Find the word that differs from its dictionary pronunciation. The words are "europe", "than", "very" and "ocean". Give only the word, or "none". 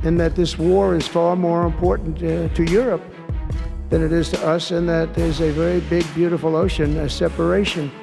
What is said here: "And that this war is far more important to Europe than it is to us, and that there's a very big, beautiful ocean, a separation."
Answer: none